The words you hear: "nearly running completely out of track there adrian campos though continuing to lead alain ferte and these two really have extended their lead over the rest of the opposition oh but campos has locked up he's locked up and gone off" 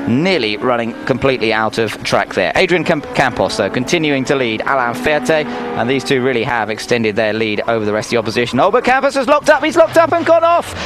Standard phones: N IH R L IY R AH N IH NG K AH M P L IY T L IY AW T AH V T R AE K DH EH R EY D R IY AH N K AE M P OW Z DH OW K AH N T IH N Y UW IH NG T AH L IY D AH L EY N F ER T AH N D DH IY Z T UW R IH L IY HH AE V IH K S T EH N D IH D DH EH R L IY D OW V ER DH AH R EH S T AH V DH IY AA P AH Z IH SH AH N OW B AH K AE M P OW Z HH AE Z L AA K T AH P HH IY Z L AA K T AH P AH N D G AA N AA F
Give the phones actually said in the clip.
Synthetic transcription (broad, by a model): N IH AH L IY R AH N IH NG K AH M P L IY T L IY AW T AH V T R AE K DH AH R EY D R IY AH N K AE M P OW S DH OW K AH N T IH N Y UW IH NG T AH L IY D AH L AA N F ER T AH N DH IY Z T UW R IH L IY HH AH V IH K S T EH N D IH D DH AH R L IY D OW V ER DH AH R EH S T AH DH IY AA P AH Z IH SH AH N OW B AH K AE M P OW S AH Z L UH K T AH P HH IY Z L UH K T AH P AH N G AA N AA F